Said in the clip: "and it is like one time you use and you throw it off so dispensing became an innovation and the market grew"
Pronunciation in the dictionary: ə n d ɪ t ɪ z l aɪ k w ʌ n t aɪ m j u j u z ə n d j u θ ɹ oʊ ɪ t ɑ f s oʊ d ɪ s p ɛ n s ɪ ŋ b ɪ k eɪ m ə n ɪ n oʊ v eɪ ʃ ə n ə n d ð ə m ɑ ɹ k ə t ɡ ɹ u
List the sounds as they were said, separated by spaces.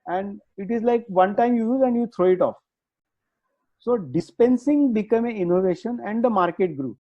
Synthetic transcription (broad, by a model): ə n d ɪ t ɪ z l aɪ k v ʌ n t aɪ m j u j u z ə n d j u t ɹ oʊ ɪ t ɑ f s oʊ d ɪ s p ɛ n s ɪ ŋ b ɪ k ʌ m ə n ɪ n oʊ v eɪ ʃ ə n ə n d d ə m ɑ ɹ k ə t ɡ ɹ u